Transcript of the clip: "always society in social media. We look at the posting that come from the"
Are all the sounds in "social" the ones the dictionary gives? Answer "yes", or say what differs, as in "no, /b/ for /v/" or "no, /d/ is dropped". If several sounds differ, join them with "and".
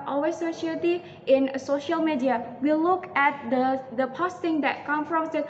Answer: yes